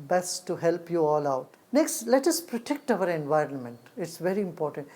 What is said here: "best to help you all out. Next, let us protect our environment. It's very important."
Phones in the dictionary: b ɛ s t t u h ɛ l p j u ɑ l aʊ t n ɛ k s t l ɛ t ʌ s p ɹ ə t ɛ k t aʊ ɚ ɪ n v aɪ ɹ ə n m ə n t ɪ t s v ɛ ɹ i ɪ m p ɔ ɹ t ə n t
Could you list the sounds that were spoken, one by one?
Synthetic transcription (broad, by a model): b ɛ s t t u h ɛ l p j u ɑ l aʊ t n ɛ k s t l ɛ t ʌ s p ɹ ə t ɛ k t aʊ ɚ ɪ n v aɪ ɹ ə n m ə n t ɪ t s v ɛ ɹ i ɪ m p ɔ ɹ t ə n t